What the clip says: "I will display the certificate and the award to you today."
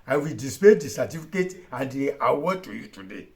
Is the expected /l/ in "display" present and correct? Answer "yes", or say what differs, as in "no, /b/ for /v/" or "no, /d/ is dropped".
no, /l/ is dropped